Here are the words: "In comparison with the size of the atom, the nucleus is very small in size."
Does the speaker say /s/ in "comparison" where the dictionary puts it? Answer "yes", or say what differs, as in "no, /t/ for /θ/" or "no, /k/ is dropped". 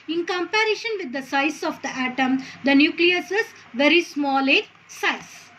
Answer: no, /ʃ/ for /s/